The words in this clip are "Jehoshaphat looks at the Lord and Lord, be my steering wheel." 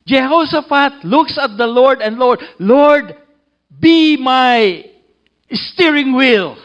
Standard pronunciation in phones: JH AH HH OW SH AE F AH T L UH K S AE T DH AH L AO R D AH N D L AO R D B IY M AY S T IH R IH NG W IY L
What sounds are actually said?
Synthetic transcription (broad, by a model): JH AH HH OW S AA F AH T L UH K S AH T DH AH L AO R D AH N D L AO R D B IY M AY S T IH R IH NG W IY L